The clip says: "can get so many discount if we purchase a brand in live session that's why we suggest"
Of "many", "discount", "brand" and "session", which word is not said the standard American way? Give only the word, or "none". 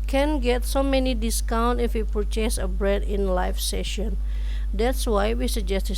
brand